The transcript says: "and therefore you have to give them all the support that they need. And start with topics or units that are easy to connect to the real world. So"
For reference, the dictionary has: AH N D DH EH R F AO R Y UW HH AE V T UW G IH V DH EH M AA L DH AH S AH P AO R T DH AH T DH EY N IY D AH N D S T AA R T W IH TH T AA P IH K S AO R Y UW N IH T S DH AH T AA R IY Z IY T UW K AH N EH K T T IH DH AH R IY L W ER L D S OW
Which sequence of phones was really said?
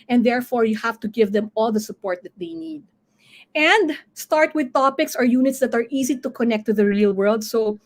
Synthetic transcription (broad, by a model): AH N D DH EH R F AO R Y UW HH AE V T UW G IH V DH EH M AA L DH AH S AH P AO R T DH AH T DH EY N IY D AH N D S T AA R T W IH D T AA P IH K S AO R Y UW N IH T S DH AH T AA R IY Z IY T UW K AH N EH K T T IH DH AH R IY L W ER L D S OW